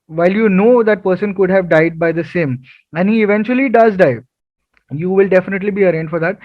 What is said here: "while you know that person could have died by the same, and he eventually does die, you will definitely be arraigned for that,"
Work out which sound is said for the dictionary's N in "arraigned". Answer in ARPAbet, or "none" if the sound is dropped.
N